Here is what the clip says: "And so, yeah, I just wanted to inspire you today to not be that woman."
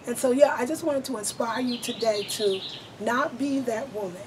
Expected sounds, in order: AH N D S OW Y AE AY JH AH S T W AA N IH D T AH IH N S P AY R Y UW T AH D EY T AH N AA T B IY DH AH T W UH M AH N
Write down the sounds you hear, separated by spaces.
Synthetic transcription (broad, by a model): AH N S OW Y AE AY JH AH S T W AA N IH D T AH IH N S P AY R Y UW T AH D EY T AH N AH T B IY DH AH T W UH M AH N